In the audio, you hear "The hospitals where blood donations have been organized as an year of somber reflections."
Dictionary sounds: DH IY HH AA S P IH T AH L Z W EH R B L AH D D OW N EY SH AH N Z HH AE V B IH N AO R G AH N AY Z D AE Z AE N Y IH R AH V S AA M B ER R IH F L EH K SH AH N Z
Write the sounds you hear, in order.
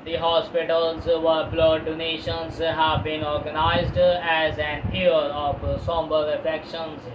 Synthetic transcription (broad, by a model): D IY HH AA S P IH T AH L Z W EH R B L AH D D OW N EY SH AH N Z HH AE V B IH N AO R G AH N AY Z D AE Z AE N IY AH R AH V S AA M B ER R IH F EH K SH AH N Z